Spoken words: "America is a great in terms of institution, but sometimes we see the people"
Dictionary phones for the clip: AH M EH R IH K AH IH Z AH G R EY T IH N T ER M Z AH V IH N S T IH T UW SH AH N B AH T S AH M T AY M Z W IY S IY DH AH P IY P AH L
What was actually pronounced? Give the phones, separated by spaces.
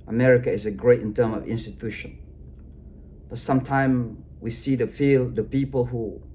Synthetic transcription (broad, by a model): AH M EH R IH K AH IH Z AH G R EY T IH N T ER M AH V IH N S T IH T UW SH AH N B AH T S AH M T AY M W IY S IY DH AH P IY P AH L